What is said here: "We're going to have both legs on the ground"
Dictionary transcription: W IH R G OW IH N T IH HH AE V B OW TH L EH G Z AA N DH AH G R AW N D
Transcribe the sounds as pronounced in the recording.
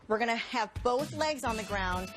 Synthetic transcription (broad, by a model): W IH R G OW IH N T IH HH V B OW TH L EH G Z N DH AH G R AW N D